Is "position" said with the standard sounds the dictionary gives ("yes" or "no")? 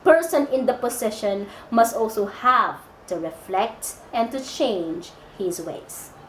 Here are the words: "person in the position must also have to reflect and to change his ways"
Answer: no